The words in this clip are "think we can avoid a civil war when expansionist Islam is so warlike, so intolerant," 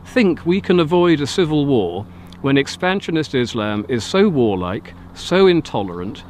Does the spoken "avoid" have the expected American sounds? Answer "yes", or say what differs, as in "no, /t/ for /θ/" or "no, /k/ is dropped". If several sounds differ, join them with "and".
yes